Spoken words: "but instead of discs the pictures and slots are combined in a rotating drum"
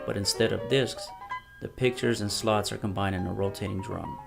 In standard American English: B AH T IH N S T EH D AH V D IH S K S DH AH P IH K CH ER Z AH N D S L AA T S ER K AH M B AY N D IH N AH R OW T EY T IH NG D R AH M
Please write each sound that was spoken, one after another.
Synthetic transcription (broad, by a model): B AH T IH N S T EH D AH V D IH S K S DH AH P IH K CH ER Z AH N S L AA T S ER K AH M B AY N D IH N AH R OW T EY T IH NG D R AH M